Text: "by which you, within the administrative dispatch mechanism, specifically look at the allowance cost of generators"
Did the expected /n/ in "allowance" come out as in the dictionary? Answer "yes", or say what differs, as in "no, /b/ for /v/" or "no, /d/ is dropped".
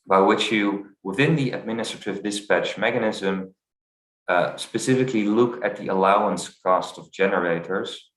yes